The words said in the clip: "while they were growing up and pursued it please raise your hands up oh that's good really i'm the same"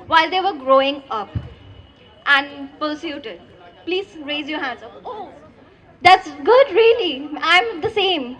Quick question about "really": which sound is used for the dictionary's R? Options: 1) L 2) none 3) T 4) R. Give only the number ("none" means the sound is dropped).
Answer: 4